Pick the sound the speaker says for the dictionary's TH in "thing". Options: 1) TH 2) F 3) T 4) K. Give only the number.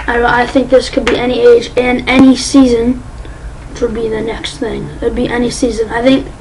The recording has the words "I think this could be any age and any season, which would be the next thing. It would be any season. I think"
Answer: 1